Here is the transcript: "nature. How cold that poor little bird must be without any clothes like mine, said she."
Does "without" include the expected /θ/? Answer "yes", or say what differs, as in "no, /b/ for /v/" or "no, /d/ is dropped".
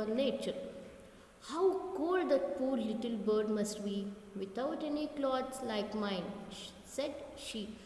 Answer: no, /t/ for /θ/